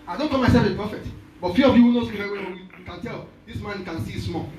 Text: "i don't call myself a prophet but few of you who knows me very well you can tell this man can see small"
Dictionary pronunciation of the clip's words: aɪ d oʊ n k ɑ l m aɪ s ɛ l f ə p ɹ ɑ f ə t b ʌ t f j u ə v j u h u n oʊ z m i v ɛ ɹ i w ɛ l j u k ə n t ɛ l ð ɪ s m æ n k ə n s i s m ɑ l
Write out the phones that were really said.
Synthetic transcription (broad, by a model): aɪ d oʊ n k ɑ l m aɪ s ɛ l f ə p ɑ f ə t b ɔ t f j u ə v j u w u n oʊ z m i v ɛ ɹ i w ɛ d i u k ə n t ɛ l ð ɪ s m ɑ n k ə n s i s m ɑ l